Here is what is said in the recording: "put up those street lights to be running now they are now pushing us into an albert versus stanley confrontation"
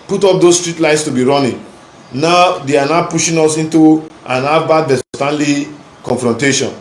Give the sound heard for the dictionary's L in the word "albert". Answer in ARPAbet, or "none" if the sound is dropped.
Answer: none